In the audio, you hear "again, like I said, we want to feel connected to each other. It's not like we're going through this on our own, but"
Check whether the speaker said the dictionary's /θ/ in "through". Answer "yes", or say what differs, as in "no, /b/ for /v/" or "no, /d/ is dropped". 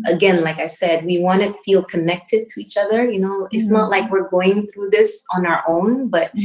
yes